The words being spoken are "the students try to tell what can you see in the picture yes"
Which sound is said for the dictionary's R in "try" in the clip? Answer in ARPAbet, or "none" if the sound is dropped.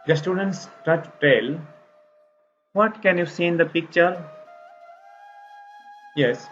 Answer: none